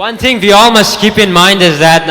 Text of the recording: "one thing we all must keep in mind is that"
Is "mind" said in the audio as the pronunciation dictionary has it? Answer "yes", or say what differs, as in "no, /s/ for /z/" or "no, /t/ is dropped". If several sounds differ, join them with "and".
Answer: yes